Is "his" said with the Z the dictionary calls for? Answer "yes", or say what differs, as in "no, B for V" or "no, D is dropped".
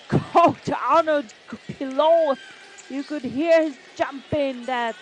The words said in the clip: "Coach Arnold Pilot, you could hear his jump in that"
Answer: yes